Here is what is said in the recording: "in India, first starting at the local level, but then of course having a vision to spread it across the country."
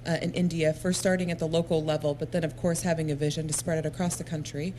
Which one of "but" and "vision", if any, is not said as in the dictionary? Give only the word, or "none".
none